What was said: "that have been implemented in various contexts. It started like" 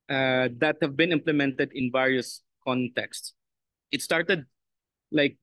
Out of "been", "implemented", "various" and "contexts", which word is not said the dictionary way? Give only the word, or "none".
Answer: none